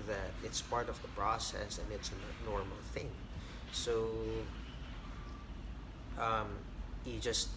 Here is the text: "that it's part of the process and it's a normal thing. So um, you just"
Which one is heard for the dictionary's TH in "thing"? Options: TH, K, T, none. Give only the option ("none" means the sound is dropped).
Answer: TH